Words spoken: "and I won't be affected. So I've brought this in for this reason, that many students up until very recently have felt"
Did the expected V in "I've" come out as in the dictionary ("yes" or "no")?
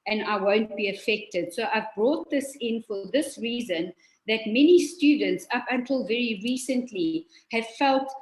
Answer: yes